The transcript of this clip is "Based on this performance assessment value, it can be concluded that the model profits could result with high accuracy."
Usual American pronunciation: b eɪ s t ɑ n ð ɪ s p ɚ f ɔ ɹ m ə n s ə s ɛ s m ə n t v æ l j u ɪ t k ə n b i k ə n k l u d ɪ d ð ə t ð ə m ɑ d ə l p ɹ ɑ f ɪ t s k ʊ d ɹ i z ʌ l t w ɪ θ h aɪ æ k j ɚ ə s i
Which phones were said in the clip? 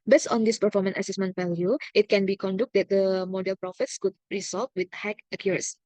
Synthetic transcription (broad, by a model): b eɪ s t ɑ n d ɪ s p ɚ f ɔ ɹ m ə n ə s ɛ s m ə n t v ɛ l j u ɪ t k ə n b i k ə n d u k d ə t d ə m ɑ d ə l p ɹ ɑ f ɪ t s k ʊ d ɹ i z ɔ l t w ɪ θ h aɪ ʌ k j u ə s